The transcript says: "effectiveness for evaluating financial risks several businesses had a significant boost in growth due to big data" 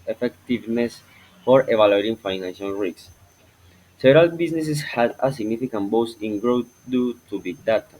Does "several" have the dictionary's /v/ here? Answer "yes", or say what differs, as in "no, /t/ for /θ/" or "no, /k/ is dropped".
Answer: no, /v/ is dropped